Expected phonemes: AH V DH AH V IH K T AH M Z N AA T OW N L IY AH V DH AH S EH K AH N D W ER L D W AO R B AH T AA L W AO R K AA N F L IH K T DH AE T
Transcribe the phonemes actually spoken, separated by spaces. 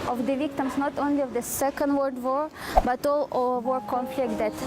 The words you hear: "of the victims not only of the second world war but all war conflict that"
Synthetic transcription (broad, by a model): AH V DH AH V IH K T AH M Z N AA T OW N L IY AH V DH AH S EH K AH N D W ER D W AO R B AH T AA L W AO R K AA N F L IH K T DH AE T